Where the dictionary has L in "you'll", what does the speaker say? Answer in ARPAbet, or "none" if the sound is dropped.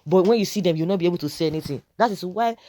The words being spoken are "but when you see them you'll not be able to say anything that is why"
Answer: W